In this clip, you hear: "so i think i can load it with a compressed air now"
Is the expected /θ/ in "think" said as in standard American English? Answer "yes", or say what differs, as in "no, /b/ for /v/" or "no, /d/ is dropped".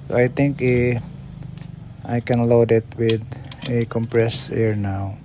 no, /t/ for /θ/